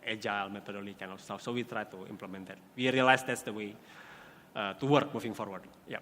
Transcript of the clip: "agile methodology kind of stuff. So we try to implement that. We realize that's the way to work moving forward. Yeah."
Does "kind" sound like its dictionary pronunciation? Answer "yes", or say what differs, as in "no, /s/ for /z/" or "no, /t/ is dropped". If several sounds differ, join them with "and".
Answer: no, /d/ is dropped